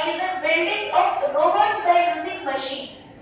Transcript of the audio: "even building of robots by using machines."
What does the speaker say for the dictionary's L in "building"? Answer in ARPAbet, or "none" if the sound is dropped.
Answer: N